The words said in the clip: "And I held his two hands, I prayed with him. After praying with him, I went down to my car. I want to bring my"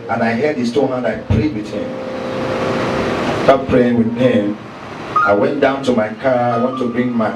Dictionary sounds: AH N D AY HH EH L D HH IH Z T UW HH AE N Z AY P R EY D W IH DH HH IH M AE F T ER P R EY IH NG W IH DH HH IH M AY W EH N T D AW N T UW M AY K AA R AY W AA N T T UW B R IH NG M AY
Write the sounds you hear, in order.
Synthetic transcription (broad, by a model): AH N AY HH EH D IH S T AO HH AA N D AY P R EY D W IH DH HH IH M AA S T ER P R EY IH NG W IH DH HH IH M AY W EH N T D AW N T UW M AY K AA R AY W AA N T T UW B R IH NG M AY